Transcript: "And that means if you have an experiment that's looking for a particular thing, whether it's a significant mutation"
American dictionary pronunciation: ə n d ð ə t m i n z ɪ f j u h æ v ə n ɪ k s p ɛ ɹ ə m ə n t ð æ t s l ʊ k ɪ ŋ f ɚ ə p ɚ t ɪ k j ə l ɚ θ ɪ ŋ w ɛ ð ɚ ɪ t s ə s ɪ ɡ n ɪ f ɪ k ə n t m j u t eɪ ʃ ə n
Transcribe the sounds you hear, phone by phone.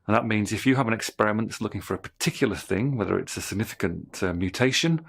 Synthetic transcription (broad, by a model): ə n ð ə t m i n z ɪ f j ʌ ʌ v ə n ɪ k s p ɛ ɹ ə m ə n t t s l ʊ k ɪ ŋ f ɚ ə p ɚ t ɪ k j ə l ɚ θ ɪ ŋ w ɛ ð ɚ ɪ t s ə s ɪ ɡ n ɪ f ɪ k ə n t m j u t eɪ ʃ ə n